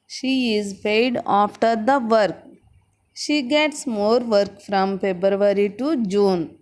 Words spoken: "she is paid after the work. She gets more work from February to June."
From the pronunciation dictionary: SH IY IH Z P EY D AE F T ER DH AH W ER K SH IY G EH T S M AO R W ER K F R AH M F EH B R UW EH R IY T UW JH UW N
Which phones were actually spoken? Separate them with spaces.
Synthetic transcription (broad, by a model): SH IY IH Z P EY D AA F T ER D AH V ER K SH IY G EH T S M AO R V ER K F R AH M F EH B R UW R IY T UW JH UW N